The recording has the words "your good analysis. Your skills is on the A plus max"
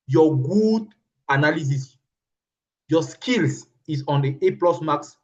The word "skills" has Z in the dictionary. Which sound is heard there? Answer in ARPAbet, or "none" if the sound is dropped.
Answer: S